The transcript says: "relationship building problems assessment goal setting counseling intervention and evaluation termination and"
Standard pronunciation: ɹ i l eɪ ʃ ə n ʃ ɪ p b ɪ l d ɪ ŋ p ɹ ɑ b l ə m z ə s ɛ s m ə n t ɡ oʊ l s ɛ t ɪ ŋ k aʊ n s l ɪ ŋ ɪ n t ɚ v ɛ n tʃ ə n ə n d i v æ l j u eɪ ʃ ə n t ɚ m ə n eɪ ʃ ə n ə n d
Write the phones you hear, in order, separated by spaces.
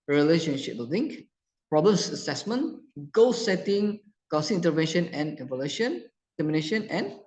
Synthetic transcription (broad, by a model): ɹ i l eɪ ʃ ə n ʃ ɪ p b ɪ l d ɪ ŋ p ɹ ɑ b l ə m s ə s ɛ s m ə n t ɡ oʊ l s ɛ t ɪ ŋ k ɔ s ɪ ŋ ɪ n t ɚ v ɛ n ʃ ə n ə n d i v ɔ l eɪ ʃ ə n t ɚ m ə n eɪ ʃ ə n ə n